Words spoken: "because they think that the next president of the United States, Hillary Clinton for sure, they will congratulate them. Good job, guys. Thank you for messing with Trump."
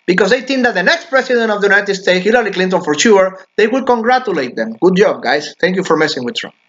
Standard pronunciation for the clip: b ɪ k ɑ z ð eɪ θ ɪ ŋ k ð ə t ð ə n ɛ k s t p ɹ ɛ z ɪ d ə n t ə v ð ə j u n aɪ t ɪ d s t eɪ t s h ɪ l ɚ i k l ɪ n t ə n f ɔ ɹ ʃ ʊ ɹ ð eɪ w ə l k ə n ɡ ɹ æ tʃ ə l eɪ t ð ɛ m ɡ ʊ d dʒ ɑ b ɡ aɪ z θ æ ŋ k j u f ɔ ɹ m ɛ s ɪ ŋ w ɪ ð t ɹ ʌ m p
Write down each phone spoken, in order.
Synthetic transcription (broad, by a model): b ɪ k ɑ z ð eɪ θ ɪ ŋ k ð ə t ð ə n ɛ k s t p ɹ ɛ s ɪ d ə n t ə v ð ə j u n aɪ t ɪ d s t eɪ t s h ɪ l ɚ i k l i n t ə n f ɔ ɹ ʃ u ɹ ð eɪ w ə l k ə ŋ ɡ ɹ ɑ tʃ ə l eɪ t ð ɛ m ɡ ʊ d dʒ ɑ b ɡ aɪ s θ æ ŋ k j u f ɔ ɹ m ɛ s ɪ ŋ w ɪ ð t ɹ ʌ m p